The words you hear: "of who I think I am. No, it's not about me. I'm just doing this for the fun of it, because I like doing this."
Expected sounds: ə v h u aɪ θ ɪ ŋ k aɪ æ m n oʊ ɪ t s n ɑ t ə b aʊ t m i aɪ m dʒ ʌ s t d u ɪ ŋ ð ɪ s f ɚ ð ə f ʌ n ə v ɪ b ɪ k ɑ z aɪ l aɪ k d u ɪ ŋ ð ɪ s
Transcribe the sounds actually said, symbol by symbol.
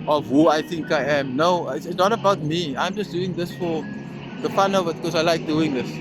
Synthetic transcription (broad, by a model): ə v h u aɪ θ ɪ ŋ k aɪ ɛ m n oʊ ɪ s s n ɑ t ə b aʊ t m i aɪ m dʒ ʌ s d u ɪ ŋ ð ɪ s f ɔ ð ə f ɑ n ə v ɪ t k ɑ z aɪ l aɪ k d u ɪ ŋ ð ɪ s